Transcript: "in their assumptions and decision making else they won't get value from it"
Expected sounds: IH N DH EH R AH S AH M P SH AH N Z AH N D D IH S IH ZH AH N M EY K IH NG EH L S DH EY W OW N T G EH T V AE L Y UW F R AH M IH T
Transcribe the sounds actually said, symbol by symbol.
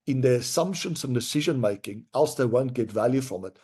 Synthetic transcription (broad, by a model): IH N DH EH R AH S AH M P SH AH N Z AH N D D IH S IH ZH AH N M EY K IH NG EH L S DH EY W OW N T G EH T V AE L Y UW F R AH M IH T